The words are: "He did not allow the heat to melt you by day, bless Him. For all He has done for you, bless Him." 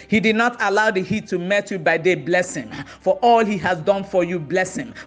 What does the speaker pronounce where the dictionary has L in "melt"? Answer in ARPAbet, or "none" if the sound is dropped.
none